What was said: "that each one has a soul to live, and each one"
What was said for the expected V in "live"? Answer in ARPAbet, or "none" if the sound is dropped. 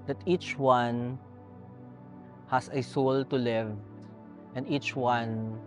V